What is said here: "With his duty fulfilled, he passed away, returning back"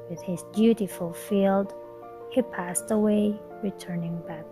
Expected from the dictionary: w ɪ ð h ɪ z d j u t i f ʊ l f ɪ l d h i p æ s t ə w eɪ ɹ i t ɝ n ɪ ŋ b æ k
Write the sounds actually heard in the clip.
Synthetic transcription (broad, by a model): w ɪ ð h ɪ z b j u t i f l f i l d h i p æ s t ə w eɪ ɹ i t ɝ n ɪ ŋ b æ k